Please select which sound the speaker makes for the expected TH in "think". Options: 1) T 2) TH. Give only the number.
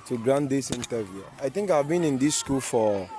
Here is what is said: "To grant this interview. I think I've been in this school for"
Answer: 1